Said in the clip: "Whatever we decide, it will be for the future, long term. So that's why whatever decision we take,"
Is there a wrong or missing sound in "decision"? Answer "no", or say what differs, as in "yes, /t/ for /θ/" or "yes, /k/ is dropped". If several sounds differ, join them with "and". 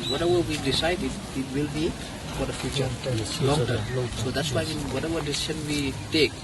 yes, /ʃ/ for /ʒ/